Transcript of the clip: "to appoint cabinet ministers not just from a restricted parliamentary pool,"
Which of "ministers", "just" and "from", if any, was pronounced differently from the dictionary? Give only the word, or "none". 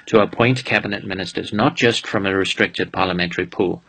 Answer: none